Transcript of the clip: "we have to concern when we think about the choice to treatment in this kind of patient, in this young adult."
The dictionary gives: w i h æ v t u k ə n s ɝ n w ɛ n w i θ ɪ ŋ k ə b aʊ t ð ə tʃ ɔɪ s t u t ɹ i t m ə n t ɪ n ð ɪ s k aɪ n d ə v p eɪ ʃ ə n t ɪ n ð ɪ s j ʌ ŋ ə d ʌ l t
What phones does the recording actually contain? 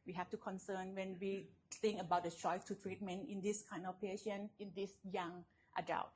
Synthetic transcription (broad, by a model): w i h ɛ f t u k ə n s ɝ n w ɛ n w i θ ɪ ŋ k ə b aʊ t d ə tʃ ɔɪ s t u t ɹ i t m ə n t ɪ n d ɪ s k aɪ n d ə f p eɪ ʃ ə n ɪ n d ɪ s j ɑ ŋ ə d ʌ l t